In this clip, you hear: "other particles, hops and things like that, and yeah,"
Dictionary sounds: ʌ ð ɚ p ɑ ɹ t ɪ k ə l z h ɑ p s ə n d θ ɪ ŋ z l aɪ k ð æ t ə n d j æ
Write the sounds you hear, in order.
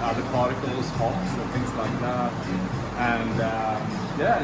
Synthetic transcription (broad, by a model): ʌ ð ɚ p ɑ ɹ t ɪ k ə l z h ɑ s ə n θ ɪ ŋ z l aɪ k ð æ t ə n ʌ j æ